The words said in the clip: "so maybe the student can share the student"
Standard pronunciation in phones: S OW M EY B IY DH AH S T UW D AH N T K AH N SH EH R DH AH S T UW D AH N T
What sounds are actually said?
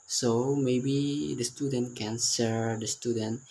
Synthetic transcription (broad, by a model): S OW M EY B IY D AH S T UW D AH N T K AH N S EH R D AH S T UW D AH N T